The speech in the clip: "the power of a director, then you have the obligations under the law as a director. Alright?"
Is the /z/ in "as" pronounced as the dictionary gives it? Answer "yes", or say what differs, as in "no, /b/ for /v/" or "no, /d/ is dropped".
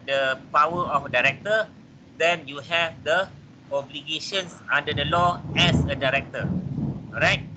no, /s/ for /z/